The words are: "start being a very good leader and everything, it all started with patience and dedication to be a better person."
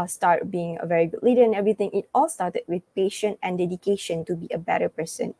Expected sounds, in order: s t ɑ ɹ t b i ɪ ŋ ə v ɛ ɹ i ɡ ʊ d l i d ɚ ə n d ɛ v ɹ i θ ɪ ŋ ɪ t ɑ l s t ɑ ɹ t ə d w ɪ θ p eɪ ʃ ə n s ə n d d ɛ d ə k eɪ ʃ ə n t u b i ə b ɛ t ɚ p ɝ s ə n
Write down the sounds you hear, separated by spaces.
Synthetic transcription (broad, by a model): s t ɑ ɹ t b i ɪ ŋ ə v ɛ ɹ i ɡ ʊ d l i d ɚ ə n ɛ v ɹ i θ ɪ ŋ ɪ t ɑ l s t ɑ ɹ t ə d w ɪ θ p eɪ ʃ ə n ə n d d ɛ d ə k eɪ ʃ ə n t u b i ə b ɛ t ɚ p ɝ s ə n